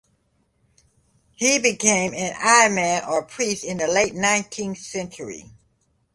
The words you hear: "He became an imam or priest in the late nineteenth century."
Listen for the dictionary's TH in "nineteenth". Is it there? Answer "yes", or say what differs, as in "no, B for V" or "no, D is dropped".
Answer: yes